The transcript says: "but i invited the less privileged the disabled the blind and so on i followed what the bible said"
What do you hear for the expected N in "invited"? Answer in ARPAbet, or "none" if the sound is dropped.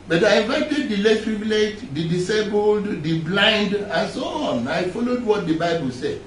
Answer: none